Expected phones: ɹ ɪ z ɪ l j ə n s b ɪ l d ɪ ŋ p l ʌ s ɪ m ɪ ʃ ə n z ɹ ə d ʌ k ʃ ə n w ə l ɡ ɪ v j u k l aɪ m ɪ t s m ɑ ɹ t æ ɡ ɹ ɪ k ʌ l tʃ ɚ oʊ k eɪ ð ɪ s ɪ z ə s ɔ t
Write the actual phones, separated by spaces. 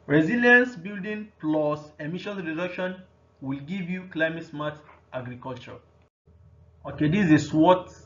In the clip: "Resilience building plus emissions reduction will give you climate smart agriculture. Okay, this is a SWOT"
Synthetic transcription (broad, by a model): ɹ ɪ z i l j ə n s b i l d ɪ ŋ p l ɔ s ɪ m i ʃ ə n ɹ ə d ʌ k ʃ ə n w ə l ɡ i v j u k l aɪ m ɪ t s m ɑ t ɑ ɡ ɹ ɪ k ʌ l tʃ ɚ oʊ k eɪ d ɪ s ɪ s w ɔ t